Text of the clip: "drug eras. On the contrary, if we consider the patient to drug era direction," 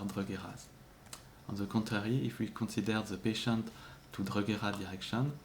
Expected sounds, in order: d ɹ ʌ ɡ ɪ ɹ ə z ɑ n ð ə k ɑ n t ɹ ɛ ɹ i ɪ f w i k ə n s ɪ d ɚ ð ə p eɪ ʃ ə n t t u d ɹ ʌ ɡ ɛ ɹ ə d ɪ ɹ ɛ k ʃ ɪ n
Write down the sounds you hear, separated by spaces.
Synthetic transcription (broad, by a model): d ɹ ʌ ɡ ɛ ɹ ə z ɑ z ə k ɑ t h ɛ ɹ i ɪ f w i k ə s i d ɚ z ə p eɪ ʃ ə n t t u d ɹ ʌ ɡ ɛ ɹ ə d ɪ ɹ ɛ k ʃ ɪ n